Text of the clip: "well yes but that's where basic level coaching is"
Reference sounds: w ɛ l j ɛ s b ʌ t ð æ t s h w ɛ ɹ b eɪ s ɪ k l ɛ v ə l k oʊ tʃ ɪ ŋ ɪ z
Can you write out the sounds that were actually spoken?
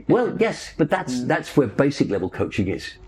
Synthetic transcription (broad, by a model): w ɛ l j ɛ s b ʌ t ð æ t s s w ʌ ɹ b eɪ s ɪ k l ɛ v ə l k oʊ tʃ ɪ ŋ ɪ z